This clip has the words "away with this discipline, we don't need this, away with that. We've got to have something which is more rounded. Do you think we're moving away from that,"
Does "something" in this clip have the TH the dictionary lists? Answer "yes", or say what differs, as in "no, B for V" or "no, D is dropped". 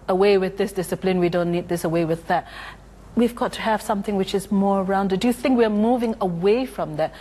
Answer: yes